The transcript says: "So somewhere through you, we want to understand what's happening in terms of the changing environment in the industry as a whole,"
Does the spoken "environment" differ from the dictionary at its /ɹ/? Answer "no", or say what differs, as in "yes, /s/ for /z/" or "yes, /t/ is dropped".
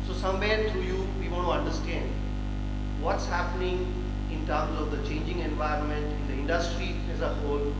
no